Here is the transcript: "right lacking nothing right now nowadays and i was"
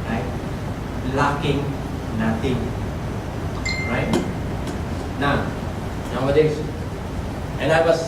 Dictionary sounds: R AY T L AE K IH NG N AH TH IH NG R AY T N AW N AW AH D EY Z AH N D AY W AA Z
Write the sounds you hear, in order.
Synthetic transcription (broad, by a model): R AY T L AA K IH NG N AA T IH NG R AY T N AW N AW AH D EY S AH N AY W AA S